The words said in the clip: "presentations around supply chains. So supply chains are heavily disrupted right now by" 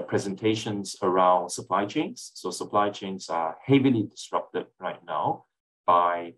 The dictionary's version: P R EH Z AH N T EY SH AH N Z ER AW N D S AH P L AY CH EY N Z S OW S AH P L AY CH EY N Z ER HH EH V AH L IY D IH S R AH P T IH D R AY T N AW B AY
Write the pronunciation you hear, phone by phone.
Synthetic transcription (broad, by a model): P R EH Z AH N T EY SH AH N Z ER AW N D S AH P L AY CH EY N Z S OW S AH P L AY CH EY N Z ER HH EH V AH L IY D IH S R AH P T IH D R AY T N AW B AY